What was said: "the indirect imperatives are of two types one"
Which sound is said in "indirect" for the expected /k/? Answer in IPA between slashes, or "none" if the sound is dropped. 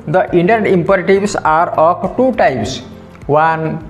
none